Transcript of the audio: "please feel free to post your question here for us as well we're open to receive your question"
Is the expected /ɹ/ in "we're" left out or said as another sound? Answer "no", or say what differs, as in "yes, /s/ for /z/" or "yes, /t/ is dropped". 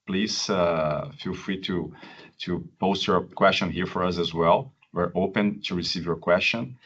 no